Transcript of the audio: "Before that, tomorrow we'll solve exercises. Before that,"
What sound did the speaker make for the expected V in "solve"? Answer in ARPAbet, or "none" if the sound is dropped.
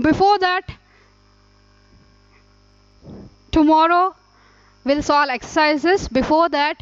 none